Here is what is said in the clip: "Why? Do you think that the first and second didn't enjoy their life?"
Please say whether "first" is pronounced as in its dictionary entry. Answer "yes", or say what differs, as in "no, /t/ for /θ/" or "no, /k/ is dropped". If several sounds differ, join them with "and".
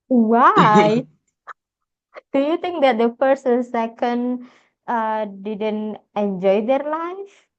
no, /p/ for /f/ and /t/ is dropped